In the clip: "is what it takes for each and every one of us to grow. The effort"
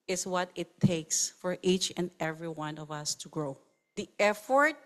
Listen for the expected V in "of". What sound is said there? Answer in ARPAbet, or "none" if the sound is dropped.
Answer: V